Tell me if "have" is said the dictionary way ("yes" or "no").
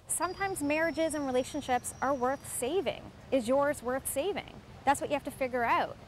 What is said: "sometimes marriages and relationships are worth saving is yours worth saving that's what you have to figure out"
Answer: no